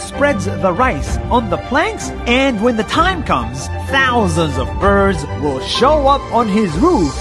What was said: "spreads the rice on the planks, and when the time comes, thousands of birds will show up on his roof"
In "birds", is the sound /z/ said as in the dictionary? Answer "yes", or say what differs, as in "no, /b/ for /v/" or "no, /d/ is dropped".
yes